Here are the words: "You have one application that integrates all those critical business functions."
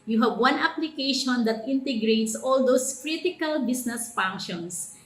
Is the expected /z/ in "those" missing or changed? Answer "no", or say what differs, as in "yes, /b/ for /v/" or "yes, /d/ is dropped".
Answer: yes, /s/ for /z/